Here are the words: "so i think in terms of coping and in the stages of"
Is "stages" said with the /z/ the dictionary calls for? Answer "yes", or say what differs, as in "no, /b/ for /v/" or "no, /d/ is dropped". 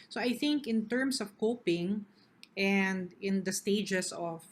no, /s/ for /z/